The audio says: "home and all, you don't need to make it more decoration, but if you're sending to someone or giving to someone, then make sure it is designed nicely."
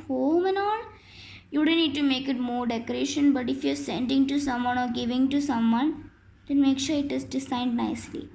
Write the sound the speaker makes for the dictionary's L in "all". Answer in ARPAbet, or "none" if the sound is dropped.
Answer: N